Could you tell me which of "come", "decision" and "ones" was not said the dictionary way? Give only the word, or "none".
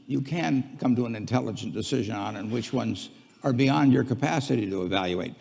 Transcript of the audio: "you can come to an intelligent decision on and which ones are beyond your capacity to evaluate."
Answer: none